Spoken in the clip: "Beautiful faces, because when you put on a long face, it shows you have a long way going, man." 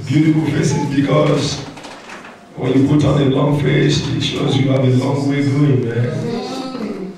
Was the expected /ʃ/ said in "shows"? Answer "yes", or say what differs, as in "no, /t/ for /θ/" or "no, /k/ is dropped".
yes